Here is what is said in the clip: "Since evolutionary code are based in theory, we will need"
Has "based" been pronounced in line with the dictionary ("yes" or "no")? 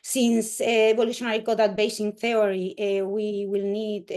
no